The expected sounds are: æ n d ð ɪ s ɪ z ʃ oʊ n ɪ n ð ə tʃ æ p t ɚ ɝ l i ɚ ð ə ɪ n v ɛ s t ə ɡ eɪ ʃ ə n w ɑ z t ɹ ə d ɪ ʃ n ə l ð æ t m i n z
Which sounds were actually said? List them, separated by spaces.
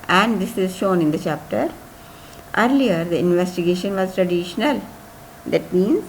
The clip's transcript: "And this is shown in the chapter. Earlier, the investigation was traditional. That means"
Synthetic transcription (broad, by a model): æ n d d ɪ s ɪ z ʃ oʊ n ɪ n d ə tʃ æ p t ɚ ɝ l i ɚ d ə ɪ n v ɛ s t ə ɡ eɪ ʃ ə n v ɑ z t ɹ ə d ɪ ʃ n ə l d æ t m i n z